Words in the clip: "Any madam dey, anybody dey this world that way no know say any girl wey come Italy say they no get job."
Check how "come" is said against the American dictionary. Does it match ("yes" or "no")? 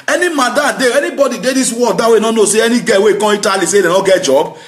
no